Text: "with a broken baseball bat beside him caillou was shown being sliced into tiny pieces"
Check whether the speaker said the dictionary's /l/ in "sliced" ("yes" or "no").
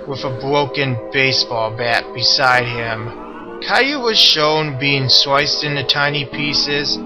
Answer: no